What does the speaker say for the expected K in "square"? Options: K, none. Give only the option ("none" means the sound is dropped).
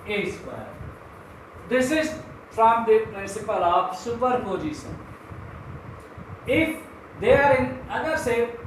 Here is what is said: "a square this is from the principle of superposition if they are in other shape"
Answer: none